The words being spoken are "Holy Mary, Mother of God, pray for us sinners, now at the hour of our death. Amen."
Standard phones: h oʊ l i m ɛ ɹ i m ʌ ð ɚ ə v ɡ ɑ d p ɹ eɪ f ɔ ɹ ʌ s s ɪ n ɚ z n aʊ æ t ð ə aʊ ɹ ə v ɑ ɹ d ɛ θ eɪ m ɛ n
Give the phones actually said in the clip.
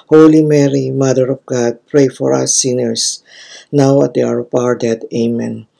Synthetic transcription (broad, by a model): h oʊ l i m ɛ ɹ i m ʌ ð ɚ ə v ɡ ɑ d p ɹ eɪ f ɔ ɹ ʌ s s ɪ n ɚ s n aʊ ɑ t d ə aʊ ɹ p ɑ ɹ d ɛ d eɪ m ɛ n